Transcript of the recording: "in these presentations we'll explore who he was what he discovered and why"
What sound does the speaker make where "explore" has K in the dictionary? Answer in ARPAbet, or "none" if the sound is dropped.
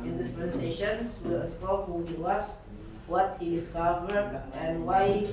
none